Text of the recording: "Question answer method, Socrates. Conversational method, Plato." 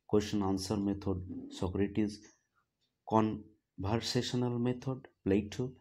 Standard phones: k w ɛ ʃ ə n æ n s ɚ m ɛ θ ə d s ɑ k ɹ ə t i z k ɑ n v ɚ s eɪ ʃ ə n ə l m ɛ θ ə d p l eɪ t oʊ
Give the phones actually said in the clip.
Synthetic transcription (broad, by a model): k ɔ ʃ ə n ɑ n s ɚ m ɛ t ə d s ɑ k ɹ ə t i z k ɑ n b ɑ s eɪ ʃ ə n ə l m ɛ t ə d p l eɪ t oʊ